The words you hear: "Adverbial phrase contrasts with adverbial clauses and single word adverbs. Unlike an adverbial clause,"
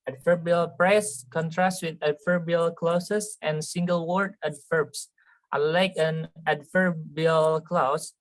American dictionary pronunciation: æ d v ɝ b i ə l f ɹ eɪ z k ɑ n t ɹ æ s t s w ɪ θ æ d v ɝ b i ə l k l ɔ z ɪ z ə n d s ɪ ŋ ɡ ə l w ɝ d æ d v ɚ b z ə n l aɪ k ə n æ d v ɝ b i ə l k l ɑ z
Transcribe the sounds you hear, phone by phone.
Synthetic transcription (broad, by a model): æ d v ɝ b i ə l p ɹ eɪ s k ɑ n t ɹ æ s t w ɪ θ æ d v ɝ b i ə l k l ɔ s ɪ s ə n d s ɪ ŋ ɡ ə l w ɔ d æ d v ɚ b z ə l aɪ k ə n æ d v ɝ b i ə l k l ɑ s